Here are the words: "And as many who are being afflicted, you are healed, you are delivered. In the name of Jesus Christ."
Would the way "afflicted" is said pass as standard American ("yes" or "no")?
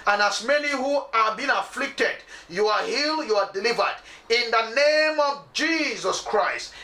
yes